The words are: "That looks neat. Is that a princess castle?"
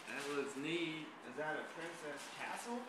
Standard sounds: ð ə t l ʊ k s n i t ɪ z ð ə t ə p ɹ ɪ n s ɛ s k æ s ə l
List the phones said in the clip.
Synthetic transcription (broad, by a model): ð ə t w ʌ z n i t ɪ z ð ə t ə p ɹ ɪ n s ɛ s k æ s l